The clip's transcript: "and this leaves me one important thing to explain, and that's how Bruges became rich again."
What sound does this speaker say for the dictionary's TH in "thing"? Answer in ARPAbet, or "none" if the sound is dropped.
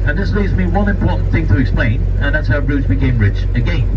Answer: TH